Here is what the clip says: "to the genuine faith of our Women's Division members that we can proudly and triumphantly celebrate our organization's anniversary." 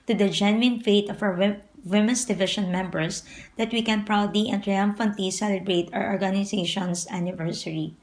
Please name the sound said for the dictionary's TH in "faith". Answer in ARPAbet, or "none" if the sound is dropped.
T